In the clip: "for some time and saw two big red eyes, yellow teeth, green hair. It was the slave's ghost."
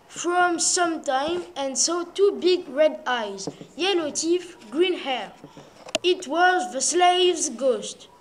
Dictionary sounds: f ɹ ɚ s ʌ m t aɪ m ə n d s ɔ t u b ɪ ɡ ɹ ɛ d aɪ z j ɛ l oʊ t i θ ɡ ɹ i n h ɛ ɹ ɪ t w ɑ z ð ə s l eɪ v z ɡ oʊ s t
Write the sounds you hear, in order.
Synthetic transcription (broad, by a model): f ɹ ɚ s ʌ m t aɪ m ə n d s ɔ t u b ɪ ɡ ɹ ɛ d aɪ z j ɛ l oʊ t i f ɡ ɹ i n h ɛ ɹ ɪ t w ɑ z ð ə s l eɪ v z ɡ oʊ s t